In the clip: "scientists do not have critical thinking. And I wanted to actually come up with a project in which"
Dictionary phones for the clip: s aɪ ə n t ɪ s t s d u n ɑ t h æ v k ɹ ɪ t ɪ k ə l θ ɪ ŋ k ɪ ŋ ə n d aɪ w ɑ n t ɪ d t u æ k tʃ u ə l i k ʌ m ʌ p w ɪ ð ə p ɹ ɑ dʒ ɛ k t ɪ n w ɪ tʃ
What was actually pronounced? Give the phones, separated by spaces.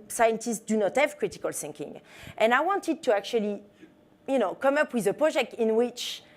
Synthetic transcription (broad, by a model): s aɪ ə n t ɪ s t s d u n ɑ t h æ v k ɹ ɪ t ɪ k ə l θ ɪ ŋ k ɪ ŋ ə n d aɪ w ɑ n t ɪ d t u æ k tʃ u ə n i k ʌ m ʌ p w ɪ ð ə p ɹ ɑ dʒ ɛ k t ɪ n w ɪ tʃ